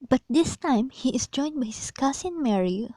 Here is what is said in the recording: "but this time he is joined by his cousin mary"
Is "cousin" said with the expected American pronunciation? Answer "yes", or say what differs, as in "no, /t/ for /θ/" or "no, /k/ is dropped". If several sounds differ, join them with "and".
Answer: no, /s/ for /z/